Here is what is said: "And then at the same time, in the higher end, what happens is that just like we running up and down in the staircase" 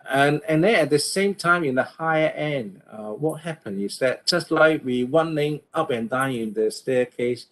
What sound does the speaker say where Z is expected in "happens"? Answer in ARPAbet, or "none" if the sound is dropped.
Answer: none